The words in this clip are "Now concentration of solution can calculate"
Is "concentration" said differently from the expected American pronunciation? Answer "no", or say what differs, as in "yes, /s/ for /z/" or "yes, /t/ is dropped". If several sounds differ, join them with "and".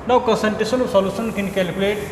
yes, /ɹ/ is dropped and /s/ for /ʃ/